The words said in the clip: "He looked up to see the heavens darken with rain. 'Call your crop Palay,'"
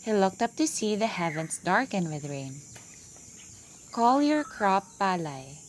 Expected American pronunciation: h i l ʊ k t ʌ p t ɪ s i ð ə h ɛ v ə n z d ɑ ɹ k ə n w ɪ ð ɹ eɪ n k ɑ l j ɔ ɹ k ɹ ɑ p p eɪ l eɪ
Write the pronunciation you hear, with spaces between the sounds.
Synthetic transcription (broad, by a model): h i l ʊ k t ʌ p t ɪ s i ð ə h ɛ v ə n s d ɑ ɹ k ə n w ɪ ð ɹ eɪ n k ɑ l j ɔ ɹ k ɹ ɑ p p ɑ l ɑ